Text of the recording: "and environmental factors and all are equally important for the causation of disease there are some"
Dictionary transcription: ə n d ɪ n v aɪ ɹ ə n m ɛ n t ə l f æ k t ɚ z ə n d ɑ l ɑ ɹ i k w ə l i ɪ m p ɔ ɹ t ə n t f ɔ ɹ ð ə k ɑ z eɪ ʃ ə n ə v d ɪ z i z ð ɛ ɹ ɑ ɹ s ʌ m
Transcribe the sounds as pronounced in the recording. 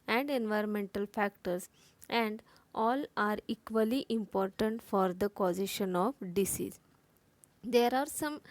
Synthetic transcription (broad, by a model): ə n d ɪ n v aɪ ɹ ə n m ɛ n t ə l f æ k t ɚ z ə n d ɑ l ɑ ɹ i k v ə l i ɪ m p ɔ ɹ t ə n t f ɔ ɹ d ə k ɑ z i ʃ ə n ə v d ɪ s i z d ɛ ɹ ɑ ɹ s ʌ m